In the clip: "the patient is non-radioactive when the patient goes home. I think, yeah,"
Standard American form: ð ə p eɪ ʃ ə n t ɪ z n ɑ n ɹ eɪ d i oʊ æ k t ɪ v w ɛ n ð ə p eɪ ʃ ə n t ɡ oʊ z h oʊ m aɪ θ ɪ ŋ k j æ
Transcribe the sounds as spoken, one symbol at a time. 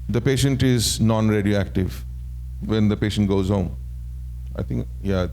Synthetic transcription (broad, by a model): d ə p eɪ ʃ ə n t ɪ z n ɑ n ɹ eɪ d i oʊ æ k t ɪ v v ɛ n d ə p eɪ ʃ ə n t ɡ oʊ z h oʊ m aɪ t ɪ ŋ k j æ